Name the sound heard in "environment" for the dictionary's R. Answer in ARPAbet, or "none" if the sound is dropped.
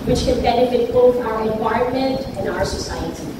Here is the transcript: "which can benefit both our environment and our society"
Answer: none